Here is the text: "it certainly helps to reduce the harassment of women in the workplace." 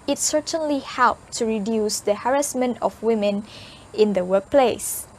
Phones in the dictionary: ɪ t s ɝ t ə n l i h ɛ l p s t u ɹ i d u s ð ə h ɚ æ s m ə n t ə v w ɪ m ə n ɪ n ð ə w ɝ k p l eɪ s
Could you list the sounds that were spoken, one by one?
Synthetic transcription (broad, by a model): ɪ t s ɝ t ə n l i h ɛ l p t u ɹ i d u s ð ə h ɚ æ s m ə n t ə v w ɪ m ə n ɪ n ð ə w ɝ k p l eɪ s